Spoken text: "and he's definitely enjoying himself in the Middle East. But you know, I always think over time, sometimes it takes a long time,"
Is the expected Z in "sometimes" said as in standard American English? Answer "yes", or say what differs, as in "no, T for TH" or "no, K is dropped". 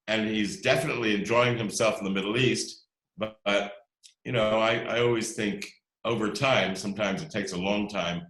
yes